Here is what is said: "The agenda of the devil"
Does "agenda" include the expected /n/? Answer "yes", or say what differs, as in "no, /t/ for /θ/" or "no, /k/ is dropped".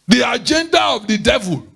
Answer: yes